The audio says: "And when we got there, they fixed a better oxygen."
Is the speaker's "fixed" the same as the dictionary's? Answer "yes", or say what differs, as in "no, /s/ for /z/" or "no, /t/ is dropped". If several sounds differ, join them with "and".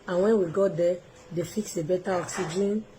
no, /t/ is dropped